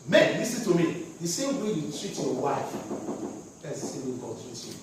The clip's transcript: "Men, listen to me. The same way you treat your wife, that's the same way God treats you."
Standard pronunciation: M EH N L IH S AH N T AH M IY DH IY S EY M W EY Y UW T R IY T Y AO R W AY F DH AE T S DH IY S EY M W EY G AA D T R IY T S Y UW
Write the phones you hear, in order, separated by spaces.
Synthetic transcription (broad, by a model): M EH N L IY S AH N T AH M IY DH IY S EY M W EY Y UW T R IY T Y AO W AY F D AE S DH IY S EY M W EY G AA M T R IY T Y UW